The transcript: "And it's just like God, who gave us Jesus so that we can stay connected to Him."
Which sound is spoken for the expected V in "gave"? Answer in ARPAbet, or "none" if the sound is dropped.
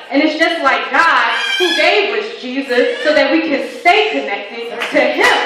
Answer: W